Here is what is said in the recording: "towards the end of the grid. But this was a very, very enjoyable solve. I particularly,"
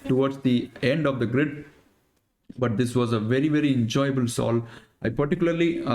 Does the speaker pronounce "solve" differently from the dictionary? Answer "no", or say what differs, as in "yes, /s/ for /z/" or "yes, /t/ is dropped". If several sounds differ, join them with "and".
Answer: yes, /v/ is dropped